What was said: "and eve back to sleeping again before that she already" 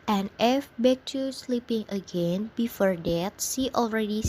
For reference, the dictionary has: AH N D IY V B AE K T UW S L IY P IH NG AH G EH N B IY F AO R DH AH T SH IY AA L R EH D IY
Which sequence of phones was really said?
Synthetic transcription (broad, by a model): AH N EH F B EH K T UW S L IY P IH NG AH G EH N B IY F AO R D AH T S IY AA L R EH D IY